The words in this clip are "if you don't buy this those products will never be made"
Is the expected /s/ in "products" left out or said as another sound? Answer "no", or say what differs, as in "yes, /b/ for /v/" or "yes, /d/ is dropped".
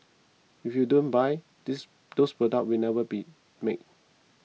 yes, /s/ is dropped